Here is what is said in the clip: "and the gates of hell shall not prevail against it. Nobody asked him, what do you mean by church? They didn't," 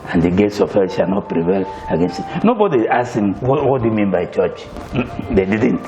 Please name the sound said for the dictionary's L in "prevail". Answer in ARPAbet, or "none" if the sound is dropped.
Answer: L